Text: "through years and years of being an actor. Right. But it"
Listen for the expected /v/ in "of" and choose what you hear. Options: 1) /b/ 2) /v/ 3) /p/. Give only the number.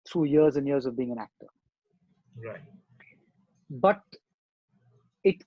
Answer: 2